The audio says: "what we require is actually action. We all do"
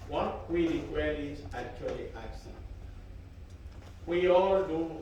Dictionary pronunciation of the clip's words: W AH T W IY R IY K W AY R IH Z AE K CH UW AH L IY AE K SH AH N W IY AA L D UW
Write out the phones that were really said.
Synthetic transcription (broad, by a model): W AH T W IY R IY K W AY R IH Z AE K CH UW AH L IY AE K S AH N W IY AA L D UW